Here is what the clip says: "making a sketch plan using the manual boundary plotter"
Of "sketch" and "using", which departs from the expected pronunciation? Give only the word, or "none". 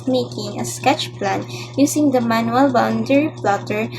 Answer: using